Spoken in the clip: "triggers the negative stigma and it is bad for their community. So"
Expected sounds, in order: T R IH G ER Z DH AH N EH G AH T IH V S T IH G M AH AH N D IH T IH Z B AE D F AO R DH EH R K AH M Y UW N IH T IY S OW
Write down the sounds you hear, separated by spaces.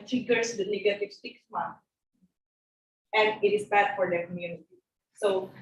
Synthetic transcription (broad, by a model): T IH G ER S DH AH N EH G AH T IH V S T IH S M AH AH N D IH T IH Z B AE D F AO R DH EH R K AH M Y UW N IH T IY S OW